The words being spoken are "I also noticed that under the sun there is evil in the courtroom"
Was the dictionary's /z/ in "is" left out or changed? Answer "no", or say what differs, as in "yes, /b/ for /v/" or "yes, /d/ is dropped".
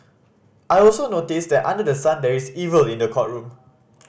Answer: yes, /s/ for /z/